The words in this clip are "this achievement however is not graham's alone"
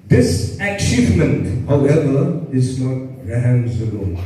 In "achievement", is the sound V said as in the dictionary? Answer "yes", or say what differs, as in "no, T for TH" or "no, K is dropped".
yes